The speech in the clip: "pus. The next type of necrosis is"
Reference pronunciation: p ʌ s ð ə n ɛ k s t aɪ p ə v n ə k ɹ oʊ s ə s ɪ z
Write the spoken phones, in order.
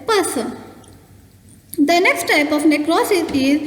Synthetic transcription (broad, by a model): p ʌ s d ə n ɛ k s t aɪ p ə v n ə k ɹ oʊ s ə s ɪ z